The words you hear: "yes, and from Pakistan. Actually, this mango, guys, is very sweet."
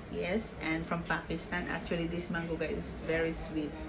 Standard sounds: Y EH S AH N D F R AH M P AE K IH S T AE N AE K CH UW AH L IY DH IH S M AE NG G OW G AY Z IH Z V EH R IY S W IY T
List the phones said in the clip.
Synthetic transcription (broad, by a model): Y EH S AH N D F R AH M P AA K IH S T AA N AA K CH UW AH L IY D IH S M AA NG G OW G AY IH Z V EH R IY S W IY T